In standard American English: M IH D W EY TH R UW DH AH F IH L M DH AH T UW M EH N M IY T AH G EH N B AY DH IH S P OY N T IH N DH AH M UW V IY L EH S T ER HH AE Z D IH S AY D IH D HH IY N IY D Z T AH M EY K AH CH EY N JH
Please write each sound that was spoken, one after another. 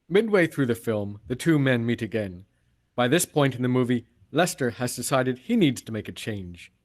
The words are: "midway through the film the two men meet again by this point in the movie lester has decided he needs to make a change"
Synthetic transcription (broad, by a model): M IH D W EY TH R UW DH AH F IH L M DH AH T UW M EH N M IY T AH G EH N B AY DH IH S P OY N T IH N DH AH M UW V IY L EH S T ER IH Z D IH S AY D IH D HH IY N IY D Z T AH M EY K AH CH EY N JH